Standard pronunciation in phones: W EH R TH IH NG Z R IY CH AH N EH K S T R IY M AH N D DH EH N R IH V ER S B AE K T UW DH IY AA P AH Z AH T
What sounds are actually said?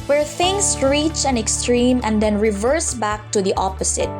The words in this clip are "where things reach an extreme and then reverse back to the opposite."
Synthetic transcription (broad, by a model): W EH R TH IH NG S R IY CH AH N EH K S T R IY M AH N D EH N R IH V ER S B AE K T UW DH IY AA P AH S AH T